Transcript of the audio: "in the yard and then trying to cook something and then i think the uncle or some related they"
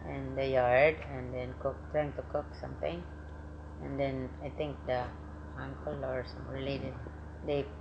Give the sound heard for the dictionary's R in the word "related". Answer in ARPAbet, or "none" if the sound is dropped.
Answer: L